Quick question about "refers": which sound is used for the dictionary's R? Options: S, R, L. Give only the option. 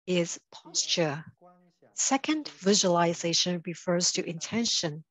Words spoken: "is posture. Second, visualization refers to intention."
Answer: R